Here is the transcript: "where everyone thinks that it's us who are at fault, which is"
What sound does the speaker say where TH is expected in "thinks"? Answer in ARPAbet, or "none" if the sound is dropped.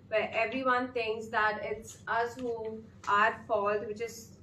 T